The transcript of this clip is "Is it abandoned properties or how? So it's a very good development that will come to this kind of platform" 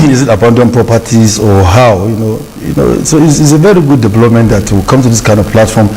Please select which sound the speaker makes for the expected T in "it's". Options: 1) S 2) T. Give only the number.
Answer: 1